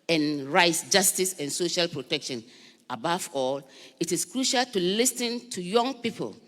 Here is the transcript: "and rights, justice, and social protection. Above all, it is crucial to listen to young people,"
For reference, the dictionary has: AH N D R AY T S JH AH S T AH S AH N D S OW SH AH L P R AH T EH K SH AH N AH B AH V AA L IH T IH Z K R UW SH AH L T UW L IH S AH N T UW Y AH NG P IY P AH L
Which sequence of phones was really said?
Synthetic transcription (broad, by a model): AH N R AY T S JH AH S T AH S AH N S OW SH AH L P R AH T EH K SH AH N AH B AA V AA L IH T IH S K R UW SH AH L T UW L IH S AH N T UW Y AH NG P IY P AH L